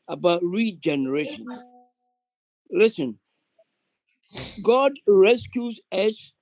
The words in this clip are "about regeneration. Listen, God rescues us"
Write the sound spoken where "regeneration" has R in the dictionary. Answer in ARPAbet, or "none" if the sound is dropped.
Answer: R